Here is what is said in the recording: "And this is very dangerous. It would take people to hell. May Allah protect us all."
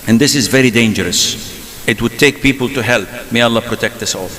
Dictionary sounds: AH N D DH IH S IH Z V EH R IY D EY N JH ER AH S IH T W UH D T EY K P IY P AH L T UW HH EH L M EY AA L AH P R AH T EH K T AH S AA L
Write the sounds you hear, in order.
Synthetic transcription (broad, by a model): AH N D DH IH S IH Z V EH R IY D EY N JH ER AH S IH T W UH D T EY K P IY P AH L T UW HH EH L M EY AA L AH P R AH T EH K T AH S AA L